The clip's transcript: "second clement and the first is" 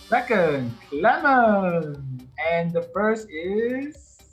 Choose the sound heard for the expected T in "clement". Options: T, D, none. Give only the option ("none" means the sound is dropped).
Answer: none